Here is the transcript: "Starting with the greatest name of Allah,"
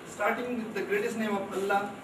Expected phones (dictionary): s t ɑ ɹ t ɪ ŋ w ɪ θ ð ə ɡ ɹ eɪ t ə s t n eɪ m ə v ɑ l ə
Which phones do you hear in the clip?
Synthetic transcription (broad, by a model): s t ɑ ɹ t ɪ ŋ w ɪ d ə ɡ ɹ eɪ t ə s n eɪ m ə p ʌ l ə